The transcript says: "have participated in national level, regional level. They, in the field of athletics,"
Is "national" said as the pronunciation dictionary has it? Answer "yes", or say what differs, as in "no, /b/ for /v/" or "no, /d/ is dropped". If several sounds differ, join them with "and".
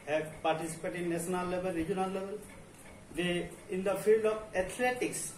no, /ʃ/ is dropped